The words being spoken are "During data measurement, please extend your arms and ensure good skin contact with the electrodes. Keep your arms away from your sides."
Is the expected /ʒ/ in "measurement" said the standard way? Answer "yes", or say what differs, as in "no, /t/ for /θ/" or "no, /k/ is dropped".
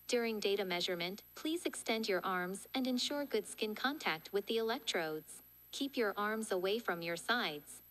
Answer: yes